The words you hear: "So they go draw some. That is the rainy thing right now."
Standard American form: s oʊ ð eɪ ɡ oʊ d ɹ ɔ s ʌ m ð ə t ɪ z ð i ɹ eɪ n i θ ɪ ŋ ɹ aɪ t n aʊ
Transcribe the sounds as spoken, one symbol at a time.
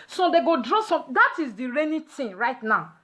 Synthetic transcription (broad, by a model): s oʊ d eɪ ɡ oʊ d ɹ ɔ s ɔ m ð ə t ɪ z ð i ɹ eɪ n i t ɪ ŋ ɹ aɪ t n aʊ